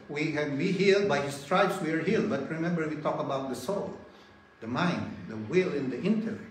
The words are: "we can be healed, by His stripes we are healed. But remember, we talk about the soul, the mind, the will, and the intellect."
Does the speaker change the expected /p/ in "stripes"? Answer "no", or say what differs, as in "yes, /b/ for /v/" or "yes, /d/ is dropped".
yes, /b/ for /p/